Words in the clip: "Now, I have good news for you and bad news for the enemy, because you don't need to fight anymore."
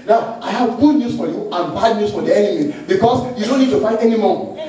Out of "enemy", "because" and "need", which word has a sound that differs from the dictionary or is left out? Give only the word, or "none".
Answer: because